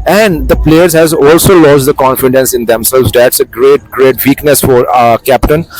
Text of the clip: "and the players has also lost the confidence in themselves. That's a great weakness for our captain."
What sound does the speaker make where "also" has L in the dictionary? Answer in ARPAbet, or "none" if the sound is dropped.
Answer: L